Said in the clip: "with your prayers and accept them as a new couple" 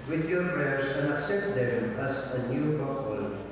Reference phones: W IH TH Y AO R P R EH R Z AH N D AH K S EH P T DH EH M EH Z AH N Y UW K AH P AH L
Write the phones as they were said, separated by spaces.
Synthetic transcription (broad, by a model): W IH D Y AO R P R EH R S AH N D AH K S EH P T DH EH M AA S AH N Y UW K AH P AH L